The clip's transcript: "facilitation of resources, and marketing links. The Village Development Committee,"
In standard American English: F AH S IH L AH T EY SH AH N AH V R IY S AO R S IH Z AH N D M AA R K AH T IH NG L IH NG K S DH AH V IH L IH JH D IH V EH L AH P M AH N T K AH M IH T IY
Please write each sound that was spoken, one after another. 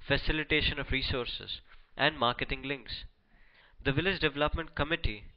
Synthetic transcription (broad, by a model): F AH S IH L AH T EY SH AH N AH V R IY S AO R S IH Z AH N D M AA R K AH T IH NG L IH NG K S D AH V IH L IH JH D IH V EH L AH P M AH N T K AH M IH T IY